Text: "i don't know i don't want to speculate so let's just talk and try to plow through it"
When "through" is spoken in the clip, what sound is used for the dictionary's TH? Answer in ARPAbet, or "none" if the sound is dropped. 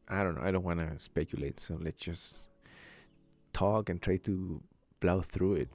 TH